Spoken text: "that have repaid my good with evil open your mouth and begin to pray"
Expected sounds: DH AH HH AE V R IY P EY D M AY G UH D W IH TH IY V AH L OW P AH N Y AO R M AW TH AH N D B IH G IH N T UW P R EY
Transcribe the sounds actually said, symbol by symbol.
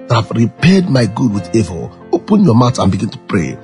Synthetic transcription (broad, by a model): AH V R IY P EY D M AY G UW D W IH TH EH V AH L OW P AH N Y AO M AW T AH N B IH G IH N T UW P R EY